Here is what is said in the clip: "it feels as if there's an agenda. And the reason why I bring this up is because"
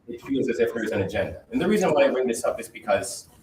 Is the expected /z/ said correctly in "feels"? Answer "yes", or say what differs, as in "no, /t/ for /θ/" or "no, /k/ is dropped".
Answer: yes